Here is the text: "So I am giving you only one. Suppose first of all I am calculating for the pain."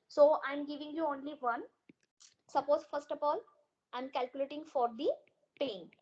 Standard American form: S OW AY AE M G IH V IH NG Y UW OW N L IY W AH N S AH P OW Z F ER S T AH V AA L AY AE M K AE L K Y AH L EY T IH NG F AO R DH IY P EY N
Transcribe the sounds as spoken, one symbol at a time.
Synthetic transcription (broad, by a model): S OW AY M G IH V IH NG Y UW OW N L IY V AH N S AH P OW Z F ER S T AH P AA L AY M K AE L K Y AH L EY T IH NG F AO R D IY P EY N